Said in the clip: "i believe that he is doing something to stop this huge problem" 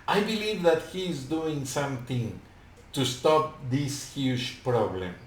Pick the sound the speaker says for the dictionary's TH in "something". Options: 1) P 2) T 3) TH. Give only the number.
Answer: 2